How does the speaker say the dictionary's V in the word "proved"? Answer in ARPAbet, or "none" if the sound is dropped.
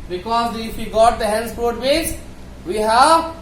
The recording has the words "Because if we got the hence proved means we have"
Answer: none